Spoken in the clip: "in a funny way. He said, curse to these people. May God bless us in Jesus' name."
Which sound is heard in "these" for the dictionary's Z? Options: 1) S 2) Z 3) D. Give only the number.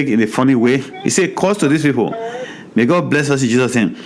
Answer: 1